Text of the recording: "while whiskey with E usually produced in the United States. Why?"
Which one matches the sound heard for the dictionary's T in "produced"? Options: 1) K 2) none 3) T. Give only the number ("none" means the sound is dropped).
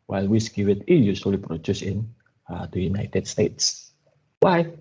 2